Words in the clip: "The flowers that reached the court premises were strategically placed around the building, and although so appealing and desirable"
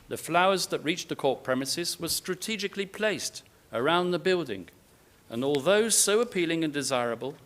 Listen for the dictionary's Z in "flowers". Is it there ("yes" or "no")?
yes